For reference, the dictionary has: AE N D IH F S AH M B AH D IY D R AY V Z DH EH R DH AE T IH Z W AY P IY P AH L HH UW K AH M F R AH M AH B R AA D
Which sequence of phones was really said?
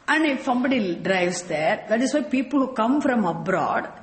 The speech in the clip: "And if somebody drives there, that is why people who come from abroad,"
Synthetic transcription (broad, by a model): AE N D IH F S AH M B AH D IY D R AY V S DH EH R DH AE T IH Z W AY P IY P AH L HH UW K AH M F R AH M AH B R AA D